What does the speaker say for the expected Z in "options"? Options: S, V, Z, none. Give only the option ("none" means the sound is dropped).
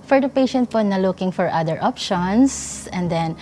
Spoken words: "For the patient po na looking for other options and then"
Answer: S